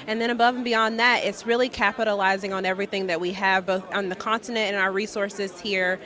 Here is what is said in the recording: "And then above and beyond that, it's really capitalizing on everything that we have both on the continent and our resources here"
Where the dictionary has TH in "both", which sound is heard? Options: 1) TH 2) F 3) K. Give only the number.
1